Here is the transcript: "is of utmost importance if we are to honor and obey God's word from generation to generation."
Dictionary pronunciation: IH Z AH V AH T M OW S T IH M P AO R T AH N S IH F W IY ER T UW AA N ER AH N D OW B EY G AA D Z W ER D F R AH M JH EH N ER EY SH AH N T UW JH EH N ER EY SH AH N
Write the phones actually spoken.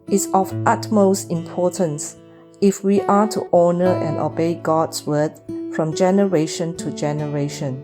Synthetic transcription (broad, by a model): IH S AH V AH T M OW S T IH M P AO T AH N S IH F W IY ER T UW AA N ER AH N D OW B EY G AA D S W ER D F R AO M JH EH N ER EY SH AH N T UW JH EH N ER EY SH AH N